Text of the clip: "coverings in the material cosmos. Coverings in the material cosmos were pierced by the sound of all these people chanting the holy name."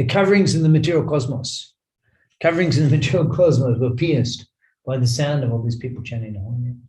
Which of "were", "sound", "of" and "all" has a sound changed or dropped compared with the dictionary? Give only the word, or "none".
none